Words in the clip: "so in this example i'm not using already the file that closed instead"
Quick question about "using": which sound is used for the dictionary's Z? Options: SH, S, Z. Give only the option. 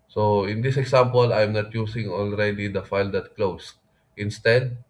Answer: S